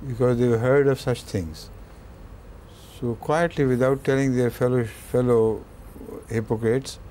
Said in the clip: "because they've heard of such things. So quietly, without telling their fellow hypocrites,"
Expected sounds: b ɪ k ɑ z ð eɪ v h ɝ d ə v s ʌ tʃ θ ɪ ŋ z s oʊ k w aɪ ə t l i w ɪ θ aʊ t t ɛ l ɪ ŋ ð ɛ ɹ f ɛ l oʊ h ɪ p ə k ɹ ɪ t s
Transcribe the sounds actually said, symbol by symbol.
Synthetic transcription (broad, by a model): b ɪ k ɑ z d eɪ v h ɝ d ə v s ʌ tʃ t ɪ ŋ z s oʊ k w aɪ ə t l i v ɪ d aʊ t t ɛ l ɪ ŋ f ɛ l f ɛ l oʊ h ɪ p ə k ɹ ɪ t s